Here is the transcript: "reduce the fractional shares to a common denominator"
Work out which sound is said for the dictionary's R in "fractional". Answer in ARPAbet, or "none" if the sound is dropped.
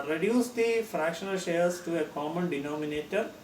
R